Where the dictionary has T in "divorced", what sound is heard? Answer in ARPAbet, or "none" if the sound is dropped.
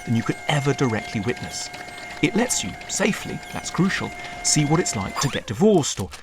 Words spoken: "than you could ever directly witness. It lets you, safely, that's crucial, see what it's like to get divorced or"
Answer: T